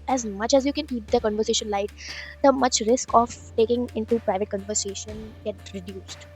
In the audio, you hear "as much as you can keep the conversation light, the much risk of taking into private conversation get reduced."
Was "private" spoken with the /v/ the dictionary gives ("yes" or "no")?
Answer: yes